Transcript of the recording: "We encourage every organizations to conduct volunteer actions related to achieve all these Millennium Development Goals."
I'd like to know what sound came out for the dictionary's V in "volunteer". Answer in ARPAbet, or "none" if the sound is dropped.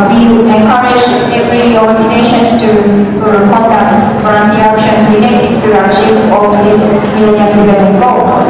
F